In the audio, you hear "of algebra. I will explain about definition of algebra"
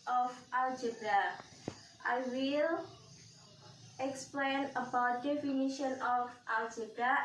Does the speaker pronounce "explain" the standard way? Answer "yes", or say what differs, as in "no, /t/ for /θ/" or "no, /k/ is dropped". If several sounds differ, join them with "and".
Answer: yes